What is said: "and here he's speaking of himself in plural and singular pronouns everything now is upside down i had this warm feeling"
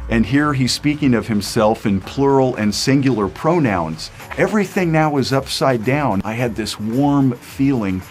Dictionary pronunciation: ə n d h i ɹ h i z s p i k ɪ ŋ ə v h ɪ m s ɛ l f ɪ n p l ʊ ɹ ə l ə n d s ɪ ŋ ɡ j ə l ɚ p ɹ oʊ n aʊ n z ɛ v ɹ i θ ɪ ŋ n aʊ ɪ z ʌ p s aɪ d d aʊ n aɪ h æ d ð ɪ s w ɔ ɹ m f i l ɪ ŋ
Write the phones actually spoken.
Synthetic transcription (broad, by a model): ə n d h i ɹ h i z s p i k ɪ ŋ ə v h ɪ m s ɛ l f ɪ n p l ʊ ɹ l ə n s ɪ ŋ ɡ j l ɚ p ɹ oʊ n aʊ n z ɛ v ɹ i θ ɪ ŋ n aʊ ɪ z ʌ p s aɪ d d aʊ n aɪ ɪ d ð ɪ s w ɔ ɹ m f i l ɪ ŋ